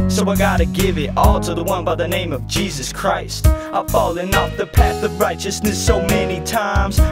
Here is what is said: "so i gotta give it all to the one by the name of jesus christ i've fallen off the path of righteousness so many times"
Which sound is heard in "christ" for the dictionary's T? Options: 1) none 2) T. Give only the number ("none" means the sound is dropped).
2